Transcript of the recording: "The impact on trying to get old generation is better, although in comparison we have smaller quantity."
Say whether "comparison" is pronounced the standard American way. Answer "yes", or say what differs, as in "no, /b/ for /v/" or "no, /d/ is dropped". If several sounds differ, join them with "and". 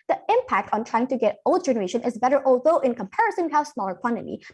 yes